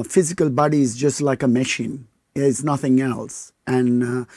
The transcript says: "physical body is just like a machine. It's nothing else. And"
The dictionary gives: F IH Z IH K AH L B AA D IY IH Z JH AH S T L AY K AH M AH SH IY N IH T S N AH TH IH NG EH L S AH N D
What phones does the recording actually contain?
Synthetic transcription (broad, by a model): F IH Z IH K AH L B AA D IY IH Z JH AH S T L AY K AH M AH SH IY N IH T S N AH TH IH NG EH L S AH N